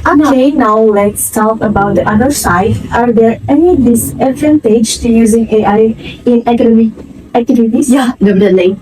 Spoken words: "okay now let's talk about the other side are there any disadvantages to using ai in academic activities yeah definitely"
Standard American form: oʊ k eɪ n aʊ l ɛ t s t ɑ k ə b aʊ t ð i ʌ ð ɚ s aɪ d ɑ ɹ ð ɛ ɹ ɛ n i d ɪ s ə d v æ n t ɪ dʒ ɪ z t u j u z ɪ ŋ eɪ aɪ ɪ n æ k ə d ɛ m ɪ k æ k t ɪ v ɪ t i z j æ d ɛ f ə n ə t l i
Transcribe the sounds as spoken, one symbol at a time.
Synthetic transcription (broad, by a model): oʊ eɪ n aʊ l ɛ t s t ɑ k ə b aʊ t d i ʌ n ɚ s aɪ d ɑ ɹ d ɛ ɹ ɛ n i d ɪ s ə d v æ n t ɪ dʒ t u j u z ɪ ŋ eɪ aɪ ɪ n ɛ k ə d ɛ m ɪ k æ k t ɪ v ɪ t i s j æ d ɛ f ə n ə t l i